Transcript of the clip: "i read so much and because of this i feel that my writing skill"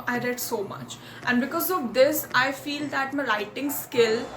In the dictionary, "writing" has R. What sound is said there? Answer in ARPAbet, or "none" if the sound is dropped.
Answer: L